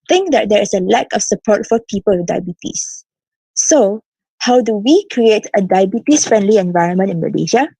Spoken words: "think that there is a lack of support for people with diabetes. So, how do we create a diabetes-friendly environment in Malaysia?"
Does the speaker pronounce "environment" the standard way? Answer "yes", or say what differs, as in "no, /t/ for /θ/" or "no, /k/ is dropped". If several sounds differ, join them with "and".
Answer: yes